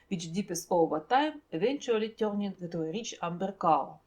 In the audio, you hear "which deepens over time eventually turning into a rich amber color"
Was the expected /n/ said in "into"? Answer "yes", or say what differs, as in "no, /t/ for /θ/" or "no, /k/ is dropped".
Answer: no, /n/ is dropped